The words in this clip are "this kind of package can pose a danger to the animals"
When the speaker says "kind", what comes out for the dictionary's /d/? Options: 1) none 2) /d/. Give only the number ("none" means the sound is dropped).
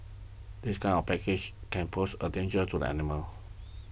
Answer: 1